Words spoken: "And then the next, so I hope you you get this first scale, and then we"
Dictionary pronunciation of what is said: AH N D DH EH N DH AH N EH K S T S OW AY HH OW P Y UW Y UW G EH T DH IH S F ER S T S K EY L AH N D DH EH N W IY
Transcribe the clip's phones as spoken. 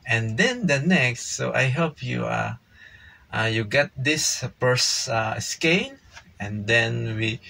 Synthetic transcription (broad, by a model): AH N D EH N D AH N EH K S T S OW AY HH OW P Y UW Y UW G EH T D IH S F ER S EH S K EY N AH N D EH N W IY